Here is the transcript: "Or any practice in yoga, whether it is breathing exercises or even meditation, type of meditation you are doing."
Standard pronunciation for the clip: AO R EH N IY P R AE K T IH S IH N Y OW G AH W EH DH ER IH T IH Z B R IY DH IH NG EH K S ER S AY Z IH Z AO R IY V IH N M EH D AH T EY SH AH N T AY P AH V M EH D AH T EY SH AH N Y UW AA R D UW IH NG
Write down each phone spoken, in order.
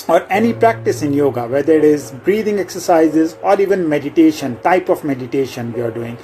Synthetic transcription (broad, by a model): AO R EH N IY P R AE K T IH S IH N Y OW G AH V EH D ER IH T IH Z B R IY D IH NG EH K S ER S AY Z IH Z AO R IY V IH N M EH D AH T EY SH AH N T AY P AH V M EH D AH T EY SH AH N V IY AA R D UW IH NG